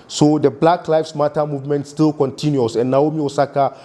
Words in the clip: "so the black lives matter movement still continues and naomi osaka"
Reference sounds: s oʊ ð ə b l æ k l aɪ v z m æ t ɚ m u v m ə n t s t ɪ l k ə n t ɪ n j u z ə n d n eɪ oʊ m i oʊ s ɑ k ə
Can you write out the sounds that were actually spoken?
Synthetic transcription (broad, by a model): s oʊ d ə b l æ k l aɪ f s m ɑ t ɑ m u v m ə n t s t ɪ l k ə n t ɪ n j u s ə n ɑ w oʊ m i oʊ s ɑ k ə